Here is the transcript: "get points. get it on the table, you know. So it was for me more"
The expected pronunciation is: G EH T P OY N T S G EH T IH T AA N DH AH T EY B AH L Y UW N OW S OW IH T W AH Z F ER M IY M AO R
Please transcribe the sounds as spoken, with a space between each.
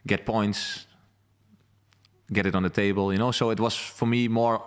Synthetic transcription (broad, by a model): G EH T P OY N T S G EH T IH T N DH AH T EY B AH L Y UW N OW S OW IH T W AH Z F ER M IY M AO R